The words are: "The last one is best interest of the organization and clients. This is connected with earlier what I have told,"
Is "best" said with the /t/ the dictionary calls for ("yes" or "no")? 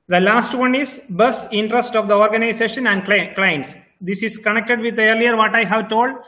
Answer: no